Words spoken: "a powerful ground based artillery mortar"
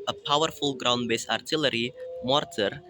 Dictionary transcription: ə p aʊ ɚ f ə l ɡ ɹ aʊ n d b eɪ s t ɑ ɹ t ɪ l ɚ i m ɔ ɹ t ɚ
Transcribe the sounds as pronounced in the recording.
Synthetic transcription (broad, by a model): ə p aʊ ɚ f ə l ɡ ɹ aʊ n d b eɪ s ɑ ɹ t ɪ l ɚ i m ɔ ɹ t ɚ